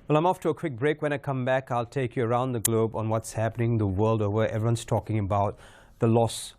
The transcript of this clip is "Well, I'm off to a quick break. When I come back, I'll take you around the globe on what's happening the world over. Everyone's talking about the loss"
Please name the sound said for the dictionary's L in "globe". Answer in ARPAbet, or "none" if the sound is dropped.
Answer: L